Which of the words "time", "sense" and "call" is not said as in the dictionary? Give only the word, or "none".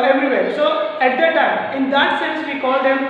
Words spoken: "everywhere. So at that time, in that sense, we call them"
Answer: time